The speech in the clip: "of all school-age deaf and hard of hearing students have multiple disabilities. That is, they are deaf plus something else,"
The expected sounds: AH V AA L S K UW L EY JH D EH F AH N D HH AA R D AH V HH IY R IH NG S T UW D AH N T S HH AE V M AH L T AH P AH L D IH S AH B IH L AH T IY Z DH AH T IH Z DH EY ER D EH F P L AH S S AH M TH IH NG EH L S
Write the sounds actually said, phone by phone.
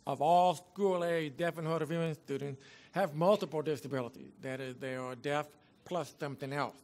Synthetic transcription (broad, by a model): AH V AA L S K UW L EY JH D EH F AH N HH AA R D AH V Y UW IH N S T UW D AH N T S HH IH V M AH L T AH P L D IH S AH B IH L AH T IY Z DH AH T IH Z DH EY ER D EH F P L AH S S AH M TH IH NG EH L S